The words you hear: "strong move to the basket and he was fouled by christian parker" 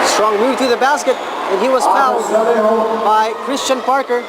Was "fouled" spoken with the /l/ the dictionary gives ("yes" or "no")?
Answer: no